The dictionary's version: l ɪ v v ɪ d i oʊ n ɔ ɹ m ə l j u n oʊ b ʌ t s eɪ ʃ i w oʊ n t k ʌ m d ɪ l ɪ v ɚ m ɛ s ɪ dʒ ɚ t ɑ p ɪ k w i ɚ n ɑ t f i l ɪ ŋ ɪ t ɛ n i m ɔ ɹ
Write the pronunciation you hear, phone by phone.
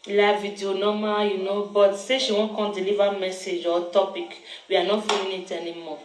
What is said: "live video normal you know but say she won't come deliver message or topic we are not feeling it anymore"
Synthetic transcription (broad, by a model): l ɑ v v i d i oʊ n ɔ m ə j u n oʊ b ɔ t s eɪ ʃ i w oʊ k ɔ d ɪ l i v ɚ m ɛ s ɪ dʒ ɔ t ɑ p ɪ k w i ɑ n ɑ f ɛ ɪ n ɪ t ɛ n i m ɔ